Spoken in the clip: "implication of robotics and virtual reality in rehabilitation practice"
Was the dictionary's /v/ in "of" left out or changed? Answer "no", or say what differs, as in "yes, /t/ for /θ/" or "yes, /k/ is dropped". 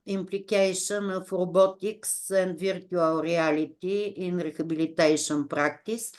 yes, /f/ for /v/